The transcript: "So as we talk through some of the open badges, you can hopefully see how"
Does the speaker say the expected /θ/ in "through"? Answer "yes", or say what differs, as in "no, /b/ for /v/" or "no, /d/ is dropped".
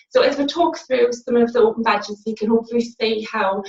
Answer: yes